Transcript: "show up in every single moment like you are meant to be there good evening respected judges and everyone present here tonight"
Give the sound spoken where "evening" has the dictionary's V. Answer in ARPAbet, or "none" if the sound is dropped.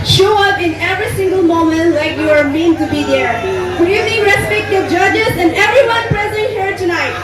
none